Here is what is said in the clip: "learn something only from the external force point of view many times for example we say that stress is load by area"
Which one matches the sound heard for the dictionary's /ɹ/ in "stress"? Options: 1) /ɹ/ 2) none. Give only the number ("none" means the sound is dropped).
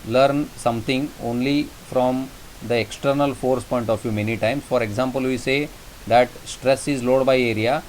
1